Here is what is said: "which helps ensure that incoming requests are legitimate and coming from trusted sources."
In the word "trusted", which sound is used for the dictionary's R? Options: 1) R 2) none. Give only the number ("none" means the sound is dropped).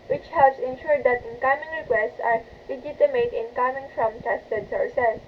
2